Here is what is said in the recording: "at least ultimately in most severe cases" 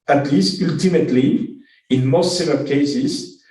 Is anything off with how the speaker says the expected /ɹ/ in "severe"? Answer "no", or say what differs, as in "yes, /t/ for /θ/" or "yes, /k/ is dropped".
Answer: yes, /l/ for /ɹ/